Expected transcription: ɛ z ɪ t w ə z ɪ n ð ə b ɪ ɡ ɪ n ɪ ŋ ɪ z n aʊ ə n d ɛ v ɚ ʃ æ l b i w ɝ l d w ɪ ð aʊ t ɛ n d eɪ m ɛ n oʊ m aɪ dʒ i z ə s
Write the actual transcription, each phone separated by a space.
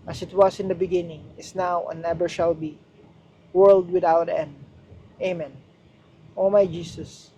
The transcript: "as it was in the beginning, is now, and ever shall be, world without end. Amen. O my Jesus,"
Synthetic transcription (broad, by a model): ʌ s ɪ t w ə s ɪ n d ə b ɪ ɡ ɪ n ɪ ŋ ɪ s n aʊ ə n ɛ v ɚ ʃ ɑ l b i w ɝ l d w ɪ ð aʊ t ɛ n d eɪ m ɛ n oʊ m aɪ dʒ i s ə s